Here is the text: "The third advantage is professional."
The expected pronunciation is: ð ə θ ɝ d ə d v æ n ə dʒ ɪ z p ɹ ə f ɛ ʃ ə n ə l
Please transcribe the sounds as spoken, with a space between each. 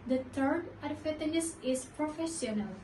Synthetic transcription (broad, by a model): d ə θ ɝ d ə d f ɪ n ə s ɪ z p ɹ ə f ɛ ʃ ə n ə l